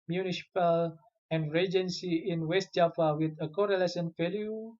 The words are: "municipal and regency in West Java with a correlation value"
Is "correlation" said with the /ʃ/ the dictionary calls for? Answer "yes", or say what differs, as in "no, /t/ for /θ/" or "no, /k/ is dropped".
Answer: no, /s/ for /ʃ/